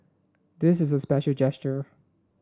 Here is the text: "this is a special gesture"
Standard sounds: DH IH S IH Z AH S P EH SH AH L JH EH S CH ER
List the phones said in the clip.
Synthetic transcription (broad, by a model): DH IH S IH Z AH S P EH SH L JH EH S CH ER